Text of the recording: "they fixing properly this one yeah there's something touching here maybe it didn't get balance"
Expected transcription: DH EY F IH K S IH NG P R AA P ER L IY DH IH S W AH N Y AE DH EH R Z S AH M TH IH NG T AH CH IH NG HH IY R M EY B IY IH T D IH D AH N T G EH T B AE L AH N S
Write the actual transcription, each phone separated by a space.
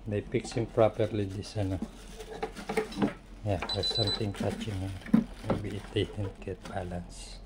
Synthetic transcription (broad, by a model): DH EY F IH K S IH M P R AA P ER L IY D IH S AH N Y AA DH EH S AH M T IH NG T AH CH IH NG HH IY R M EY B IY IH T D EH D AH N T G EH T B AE L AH N S